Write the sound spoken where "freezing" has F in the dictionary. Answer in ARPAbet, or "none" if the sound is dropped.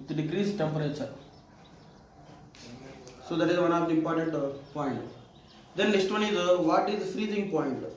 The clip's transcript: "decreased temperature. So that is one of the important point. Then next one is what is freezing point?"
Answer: F